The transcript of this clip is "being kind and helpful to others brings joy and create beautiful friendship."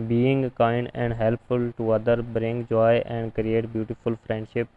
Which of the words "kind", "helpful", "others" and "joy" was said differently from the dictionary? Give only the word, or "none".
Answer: others